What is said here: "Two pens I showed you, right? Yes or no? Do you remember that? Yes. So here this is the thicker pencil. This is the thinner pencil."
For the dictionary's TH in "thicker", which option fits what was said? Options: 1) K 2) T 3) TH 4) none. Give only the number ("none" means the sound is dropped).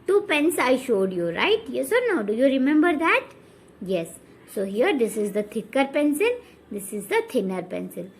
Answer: 2